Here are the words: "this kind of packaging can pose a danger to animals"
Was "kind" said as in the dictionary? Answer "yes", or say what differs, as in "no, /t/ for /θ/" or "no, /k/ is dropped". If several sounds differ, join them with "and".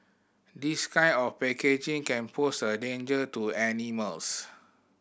no, /d/ is dropped